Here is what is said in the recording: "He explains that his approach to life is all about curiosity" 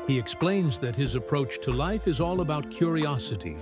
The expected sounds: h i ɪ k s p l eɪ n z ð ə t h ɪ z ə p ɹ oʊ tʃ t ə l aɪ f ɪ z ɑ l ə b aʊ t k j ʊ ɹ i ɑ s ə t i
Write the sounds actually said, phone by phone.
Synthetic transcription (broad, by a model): h i ɪ k s p l eɪ n z ð ə t h ɪ z ə p ɹ oʊ tʃ t ə l aɪ f ɪ z ɑ l ə b aʊ t k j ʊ ɹ i ɑ s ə t i